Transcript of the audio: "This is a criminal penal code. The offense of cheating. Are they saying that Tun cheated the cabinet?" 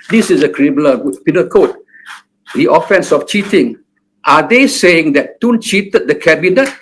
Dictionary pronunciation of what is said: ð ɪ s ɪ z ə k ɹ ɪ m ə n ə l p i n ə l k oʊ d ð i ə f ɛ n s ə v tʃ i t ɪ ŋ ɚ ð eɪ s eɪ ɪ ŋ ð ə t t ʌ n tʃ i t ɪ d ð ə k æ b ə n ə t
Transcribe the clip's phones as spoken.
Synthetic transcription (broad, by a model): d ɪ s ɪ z ə k ɹ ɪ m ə ə p i n ə l k oʊ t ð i ə f ɛ n s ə f tʃ i t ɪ ŋ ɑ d eɪ s eɪ ɪ ŋ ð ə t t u n tʃ i t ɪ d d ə k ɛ b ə n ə t